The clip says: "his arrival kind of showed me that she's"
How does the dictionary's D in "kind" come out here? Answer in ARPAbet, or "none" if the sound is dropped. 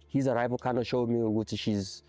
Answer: none